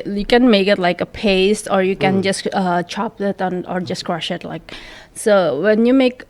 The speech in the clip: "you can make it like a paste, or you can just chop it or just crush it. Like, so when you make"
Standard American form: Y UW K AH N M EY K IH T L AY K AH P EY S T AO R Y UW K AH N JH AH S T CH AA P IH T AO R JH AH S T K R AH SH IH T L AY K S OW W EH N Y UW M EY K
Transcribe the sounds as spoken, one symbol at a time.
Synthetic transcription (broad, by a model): Y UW K AH N M EY K IH T L AY K AH P EY S T AO R Y UW K AH N JH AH S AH CH AA P IH T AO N JH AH S K R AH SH IH T L AY K S OW W EH N Y UW M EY K